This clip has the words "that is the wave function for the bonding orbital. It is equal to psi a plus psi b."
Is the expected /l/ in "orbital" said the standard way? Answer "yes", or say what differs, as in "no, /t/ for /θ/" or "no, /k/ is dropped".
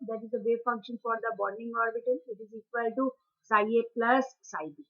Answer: no, /n/ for /l/